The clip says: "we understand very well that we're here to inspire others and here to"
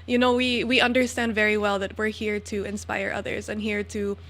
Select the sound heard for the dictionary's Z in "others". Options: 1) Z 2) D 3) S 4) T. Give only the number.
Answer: 1